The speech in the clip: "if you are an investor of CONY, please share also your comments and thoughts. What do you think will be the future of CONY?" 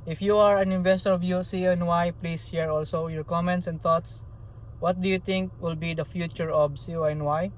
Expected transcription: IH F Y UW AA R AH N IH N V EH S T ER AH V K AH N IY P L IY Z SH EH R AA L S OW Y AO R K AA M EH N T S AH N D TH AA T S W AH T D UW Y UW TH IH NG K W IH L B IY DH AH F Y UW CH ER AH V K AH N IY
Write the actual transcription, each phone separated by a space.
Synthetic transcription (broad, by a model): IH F Y UW AA R AH N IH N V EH S T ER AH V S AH N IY P L IY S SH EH R AA L S OW Y AO R K AA M EH N T S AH N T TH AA T S W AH T D UW Y UW T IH NG K W IH L B IY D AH F Y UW CH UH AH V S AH N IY